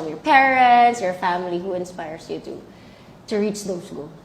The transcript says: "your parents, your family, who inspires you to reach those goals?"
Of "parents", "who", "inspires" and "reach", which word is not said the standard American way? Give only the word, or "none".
inspires